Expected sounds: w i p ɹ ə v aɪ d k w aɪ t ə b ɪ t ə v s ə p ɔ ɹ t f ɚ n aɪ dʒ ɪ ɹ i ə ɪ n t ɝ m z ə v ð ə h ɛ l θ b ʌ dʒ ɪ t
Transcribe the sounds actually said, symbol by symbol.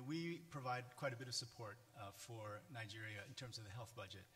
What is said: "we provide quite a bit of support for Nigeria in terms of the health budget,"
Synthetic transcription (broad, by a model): w i p ɹ ə v aɪ d k w aɪ t ə b ɪ t ə v s ə p ɔ ɹ t f ɚ n aɪ dʒ ɪ ɹ i ə ɪ n t ɝ m z ə v ð ə h ɛ l θ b ʌ dʒ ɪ t